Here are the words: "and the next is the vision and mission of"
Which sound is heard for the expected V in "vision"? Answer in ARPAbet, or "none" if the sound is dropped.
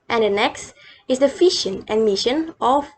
F